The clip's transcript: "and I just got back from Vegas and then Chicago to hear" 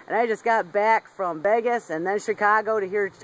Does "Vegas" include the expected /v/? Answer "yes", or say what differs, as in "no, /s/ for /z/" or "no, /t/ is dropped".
no, /b/ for /v/